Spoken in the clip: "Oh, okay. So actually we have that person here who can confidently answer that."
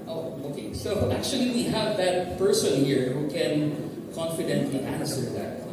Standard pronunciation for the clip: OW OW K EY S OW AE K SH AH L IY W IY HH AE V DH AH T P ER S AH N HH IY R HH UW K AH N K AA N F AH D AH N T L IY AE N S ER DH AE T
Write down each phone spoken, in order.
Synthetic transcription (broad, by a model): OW OW K EY S OW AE K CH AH L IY W IY HH AE V DH AH T P ER S AH N HH IY R HH UW K AH N K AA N F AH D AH N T L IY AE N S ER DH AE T